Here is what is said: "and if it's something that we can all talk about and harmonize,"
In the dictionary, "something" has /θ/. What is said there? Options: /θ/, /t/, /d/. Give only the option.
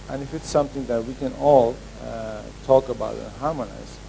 /t/